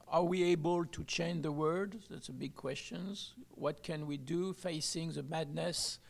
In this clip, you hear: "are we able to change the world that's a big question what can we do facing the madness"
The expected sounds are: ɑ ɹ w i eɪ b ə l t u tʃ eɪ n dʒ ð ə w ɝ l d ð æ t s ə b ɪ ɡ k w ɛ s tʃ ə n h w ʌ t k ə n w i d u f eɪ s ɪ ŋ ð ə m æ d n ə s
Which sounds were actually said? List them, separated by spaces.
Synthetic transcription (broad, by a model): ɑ ɹ w i eɪ b ə l t u tʃ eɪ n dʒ ð ə w ɝ d ð æ t s ə b ɪ ɡ k w ɛ s tʃ ə n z w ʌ t k ə n w i d u f eɪ s ɪ ŋ ð ə m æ d n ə s